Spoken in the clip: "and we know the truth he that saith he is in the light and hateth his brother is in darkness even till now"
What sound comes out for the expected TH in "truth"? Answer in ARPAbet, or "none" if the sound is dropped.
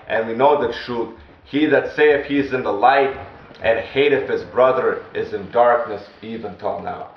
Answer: T